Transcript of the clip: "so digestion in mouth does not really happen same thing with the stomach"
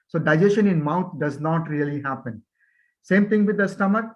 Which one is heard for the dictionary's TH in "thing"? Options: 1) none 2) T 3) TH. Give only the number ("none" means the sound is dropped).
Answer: 2